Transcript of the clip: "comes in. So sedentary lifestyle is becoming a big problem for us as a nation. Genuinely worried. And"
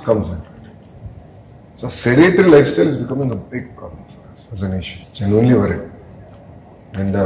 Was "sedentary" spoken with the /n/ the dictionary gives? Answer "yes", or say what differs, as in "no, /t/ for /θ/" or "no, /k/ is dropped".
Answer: no, /n/ is dropped